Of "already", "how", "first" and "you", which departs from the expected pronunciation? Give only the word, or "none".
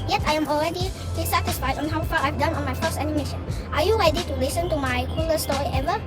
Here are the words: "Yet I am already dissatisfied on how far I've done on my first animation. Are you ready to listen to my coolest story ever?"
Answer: first